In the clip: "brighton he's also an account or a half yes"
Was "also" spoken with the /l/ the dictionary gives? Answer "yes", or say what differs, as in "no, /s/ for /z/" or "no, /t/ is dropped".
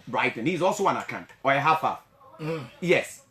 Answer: yes